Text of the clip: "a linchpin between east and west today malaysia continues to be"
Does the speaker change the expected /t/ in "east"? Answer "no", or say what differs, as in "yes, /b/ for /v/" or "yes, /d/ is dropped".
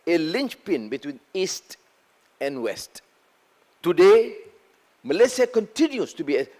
no